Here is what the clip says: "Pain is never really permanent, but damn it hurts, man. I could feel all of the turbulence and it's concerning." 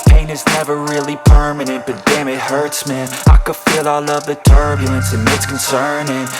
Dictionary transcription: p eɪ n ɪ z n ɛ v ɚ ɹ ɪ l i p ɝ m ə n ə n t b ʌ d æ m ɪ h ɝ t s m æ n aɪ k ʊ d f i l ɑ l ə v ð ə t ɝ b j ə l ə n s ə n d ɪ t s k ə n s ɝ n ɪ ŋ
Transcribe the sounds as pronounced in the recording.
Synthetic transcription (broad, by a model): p eɪ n ɪ z n ɛ v ɚ ɹ ɪ l i p ɝ m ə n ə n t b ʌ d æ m ɪ h ɝ t s m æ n aɪ k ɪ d f i l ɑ l ə v ð ə t ɝ b j l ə n s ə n ɪ t s k n s ɝ n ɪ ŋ